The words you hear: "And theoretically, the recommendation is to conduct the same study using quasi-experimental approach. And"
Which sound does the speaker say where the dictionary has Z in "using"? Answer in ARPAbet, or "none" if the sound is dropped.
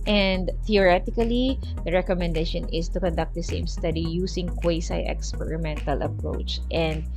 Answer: S